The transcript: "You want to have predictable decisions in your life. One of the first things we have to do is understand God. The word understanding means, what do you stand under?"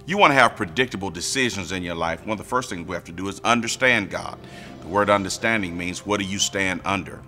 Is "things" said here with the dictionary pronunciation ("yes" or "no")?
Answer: yes